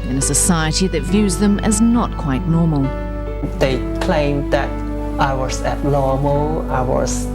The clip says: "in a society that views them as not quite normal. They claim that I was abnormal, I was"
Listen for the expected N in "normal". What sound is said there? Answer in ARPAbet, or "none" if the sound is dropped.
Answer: N